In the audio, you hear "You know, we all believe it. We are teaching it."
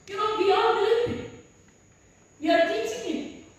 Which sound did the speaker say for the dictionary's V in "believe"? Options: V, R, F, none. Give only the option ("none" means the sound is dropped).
none